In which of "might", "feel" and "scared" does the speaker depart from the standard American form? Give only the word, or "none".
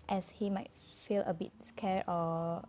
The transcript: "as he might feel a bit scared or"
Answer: scared